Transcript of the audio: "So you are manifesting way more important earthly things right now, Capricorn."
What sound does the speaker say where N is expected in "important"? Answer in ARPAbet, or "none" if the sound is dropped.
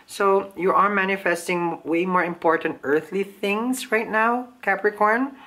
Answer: N